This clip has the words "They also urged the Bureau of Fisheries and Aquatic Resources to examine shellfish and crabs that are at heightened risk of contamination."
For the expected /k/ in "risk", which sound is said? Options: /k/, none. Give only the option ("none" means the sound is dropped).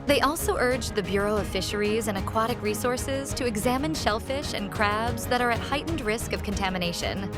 /k/